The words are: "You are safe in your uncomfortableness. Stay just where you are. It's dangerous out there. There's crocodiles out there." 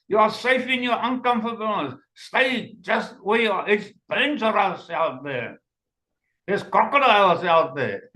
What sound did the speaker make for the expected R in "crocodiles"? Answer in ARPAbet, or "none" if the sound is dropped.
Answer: none